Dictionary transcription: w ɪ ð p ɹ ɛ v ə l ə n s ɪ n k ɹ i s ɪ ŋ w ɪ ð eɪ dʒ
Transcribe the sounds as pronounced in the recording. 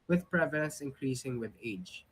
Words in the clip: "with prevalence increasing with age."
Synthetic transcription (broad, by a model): w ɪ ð p ɹ ɛ v ə l ə n s ɪ n k ɹ i s ɪ ŋ w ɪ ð eɪ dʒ